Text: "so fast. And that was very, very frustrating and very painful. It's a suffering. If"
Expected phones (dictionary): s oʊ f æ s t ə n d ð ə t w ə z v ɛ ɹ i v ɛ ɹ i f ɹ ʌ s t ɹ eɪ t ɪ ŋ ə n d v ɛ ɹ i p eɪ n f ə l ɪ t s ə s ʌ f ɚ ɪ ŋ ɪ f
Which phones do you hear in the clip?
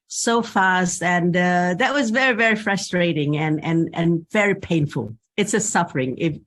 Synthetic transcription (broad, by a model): s oʊ f æ s t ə n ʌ ð ə t w ə z v ɛ ɹ i v ɛ ɹ i f ɹ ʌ s t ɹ eɪ t ɪ ŋ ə n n v ɛ ɹ i p eɪ n f ə l ɪ t s ə s ʌ f ɚ ɪ ŋ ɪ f